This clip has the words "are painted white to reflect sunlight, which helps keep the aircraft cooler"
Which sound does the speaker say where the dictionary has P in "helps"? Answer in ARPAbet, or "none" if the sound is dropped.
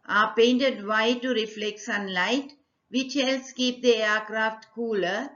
none